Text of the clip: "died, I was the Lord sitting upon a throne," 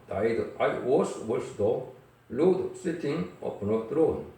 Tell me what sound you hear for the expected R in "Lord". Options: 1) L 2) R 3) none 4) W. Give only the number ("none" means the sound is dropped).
1